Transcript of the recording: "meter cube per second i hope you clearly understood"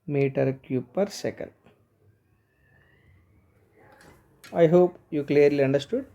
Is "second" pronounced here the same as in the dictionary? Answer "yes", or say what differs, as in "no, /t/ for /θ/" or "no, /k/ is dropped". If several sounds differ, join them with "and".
no, /l/ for /n/